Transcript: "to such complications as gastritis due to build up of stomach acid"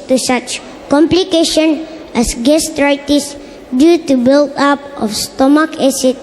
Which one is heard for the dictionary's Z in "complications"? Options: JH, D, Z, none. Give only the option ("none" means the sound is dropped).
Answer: none